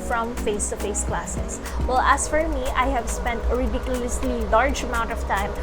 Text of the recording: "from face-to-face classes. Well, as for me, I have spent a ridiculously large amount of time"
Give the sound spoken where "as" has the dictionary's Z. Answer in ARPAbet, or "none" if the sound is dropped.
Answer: S